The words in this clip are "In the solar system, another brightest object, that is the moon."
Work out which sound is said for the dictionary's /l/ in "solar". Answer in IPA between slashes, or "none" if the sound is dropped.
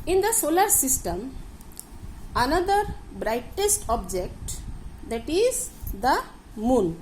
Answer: /l/